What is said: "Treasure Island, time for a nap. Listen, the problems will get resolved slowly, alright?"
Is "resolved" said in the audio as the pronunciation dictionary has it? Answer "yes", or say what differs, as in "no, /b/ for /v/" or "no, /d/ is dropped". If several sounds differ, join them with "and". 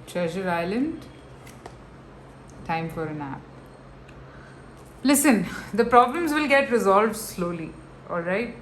yes